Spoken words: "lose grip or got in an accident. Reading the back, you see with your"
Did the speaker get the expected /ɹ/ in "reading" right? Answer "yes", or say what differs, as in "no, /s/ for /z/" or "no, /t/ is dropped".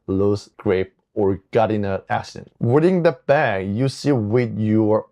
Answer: no, /w/ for /ɹ/